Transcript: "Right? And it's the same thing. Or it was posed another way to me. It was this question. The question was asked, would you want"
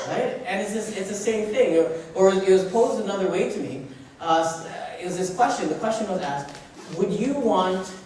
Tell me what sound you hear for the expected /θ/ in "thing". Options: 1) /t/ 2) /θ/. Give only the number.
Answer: 2